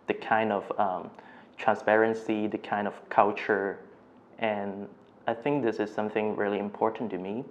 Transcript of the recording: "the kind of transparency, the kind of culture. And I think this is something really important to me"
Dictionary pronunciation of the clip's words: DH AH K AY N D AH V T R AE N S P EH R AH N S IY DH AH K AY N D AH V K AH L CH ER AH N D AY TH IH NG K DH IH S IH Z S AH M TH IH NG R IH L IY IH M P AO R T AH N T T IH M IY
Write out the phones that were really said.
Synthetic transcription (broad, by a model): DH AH K AY N D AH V T R AE N S P EH R AH N S IY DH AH K AY N D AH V K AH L CH ER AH N AY TH IH NG K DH IH S IH Z S AH M TH IH NG R IH L IY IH M P AO R T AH N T T IH M IY